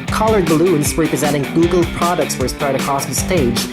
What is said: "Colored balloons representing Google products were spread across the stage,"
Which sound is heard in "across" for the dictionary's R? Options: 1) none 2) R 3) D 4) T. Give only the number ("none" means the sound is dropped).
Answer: 1